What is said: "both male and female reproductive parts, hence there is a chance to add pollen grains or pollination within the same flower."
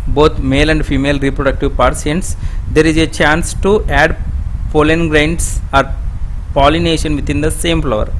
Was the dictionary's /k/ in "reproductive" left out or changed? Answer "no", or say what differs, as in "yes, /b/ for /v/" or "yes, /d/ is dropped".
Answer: no